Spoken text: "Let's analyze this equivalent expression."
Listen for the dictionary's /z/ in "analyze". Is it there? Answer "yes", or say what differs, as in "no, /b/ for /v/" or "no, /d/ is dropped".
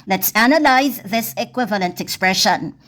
yes